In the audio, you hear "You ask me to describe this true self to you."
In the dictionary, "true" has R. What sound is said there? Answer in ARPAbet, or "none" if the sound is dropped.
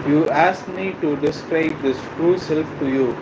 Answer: R